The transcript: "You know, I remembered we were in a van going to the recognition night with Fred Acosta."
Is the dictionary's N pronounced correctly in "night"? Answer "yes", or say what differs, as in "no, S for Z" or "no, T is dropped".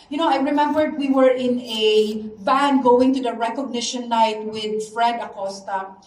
no, L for N